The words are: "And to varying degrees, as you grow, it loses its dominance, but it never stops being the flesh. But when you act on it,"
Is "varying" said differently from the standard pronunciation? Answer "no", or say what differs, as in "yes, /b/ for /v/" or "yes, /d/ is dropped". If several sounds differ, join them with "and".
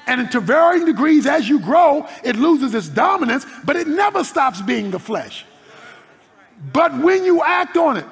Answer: no